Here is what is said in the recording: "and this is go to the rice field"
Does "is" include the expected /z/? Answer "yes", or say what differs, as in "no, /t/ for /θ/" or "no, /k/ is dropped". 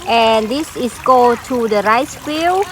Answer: no, /s/ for /z/